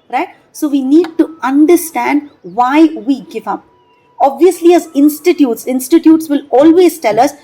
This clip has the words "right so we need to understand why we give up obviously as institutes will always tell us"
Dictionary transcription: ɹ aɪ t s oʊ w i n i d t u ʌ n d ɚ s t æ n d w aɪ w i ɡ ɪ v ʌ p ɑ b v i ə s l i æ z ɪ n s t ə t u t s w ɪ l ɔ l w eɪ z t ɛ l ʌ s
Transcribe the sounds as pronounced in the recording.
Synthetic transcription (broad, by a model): ɹ aɪ t s oʊ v i n i d t u ʌ n d ɚ s t æ n d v aɪ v i ɡ ɪ v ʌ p ɑ b v i ə s l i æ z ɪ n s t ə t u t s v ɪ l ɔ l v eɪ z t ɛ l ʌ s